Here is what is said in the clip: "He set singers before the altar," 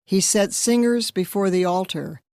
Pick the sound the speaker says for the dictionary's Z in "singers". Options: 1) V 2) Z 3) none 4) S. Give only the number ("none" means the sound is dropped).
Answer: 2